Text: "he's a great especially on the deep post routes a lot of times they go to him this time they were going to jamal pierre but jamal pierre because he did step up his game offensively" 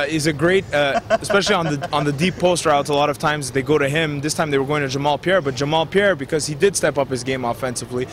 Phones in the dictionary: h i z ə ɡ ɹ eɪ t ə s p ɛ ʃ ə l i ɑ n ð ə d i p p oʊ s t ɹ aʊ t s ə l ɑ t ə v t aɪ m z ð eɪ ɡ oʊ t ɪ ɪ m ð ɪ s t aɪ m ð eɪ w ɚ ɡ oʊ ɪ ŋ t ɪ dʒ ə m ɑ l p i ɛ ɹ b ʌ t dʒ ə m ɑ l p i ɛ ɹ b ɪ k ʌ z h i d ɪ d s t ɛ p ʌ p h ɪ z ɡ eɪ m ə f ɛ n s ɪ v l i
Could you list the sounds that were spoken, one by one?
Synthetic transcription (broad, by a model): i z ə ɡ ɹ eɪ t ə s p ɛ ʃ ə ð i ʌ n ð ə d i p p oʊ s t ɹ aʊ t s ə l ɑ t ə v t aɪ m z ð eɪ ɡ oʊ t ɪ ɪ m ð ɪ s t aɪ m ð eɪ w ɚ ɡ oʊ ɪ ŋ t ɪ dʒ ə m ɑ l p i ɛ ɹ b ʌ t dʒ ə m ɑ l p i ɛ ɹ b ɪ k ʌ z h i d ɪ d s t ɛ p ʌ p h ɪ z ɡ eɪ m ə f ɛ n s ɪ v l i